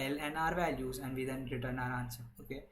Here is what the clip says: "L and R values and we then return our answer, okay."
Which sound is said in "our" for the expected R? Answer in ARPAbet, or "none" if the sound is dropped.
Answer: R